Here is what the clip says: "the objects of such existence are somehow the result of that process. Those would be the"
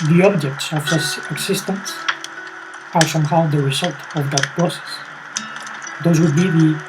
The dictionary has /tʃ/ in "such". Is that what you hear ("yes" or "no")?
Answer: no